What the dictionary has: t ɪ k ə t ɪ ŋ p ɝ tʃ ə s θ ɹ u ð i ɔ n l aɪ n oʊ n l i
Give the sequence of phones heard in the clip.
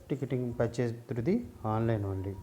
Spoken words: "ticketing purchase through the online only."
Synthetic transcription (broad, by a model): t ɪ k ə t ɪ ŋ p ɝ tʃ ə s t ɹ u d i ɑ n l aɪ n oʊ n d i